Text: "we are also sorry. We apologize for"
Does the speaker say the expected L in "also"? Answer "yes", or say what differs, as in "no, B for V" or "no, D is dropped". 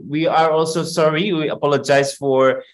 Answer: yes